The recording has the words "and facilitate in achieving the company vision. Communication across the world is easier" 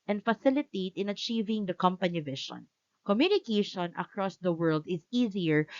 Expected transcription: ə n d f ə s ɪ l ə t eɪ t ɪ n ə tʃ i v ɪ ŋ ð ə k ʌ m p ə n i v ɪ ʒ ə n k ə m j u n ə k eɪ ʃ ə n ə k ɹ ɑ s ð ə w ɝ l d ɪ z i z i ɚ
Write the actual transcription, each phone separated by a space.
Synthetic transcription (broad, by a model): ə n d f ə s ɪ l ə t eɪ t ɪ n ə tʃ i v ɪ ŋ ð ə k ʌ m p ə n i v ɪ ʃ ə n k ə m j u n ə k eɪ ʃ ə n ə k ɹ ɑ s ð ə w ɝ l d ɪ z i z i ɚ